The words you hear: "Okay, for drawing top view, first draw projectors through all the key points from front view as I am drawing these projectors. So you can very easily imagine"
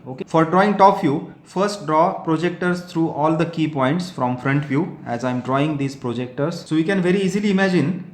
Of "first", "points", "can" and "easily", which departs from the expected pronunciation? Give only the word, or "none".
none